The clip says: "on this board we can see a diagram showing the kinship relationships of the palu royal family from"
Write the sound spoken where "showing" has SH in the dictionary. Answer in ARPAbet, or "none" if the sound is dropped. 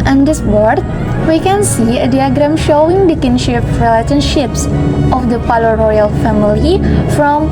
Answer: SH